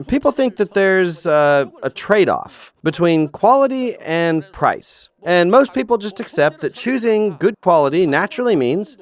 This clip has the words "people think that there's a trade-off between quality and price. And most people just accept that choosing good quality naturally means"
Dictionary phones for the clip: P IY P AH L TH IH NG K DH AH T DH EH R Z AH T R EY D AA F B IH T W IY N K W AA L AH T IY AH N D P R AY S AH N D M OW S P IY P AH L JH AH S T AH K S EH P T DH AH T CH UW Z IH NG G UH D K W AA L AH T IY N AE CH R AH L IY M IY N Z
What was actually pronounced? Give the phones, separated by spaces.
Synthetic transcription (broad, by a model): P IY P L TH IH NG K DH AH T DH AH R Z AH T R EY D AA F B IH T W IY N K W AA L AH T IY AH N P R AY S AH N M OW S P IY P L JH AH S T AH K S EH P T DH AH T CH UW Z IH NG G UH D K W AA L AH T IY N AE CH R L IY M IY N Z